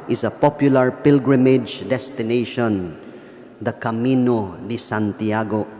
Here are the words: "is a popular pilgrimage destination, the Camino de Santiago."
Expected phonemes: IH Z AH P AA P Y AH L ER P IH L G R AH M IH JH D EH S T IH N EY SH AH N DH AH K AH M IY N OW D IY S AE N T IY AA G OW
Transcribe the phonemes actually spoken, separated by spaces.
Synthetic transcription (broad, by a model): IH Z AH P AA P Y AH L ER P IH L G R AH M IH JH D EH S T IH N EY SH AH N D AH K AH M IY N OW D IY S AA N T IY AA G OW